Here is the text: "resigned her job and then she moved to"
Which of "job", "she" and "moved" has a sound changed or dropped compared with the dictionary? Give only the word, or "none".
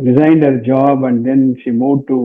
moved